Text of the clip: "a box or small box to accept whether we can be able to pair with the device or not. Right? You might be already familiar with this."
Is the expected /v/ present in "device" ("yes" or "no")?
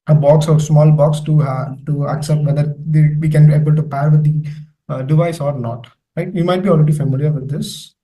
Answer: yes